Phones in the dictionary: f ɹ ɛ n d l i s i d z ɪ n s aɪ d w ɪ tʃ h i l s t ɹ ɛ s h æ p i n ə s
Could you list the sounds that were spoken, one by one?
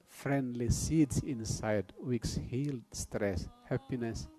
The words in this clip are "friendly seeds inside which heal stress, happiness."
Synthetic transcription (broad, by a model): f ɹ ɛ n d l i s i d s ɪ n s aɪ d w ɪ s h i l s t ɹ ɛ s h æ p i n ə s